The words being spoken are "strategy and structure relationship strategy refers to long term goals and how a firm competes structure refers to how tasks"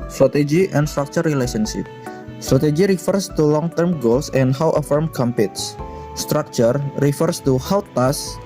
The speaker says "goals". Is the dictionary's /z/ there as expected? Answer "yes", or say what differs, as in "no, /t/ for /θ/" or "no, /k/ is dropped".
no, /s/ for /z/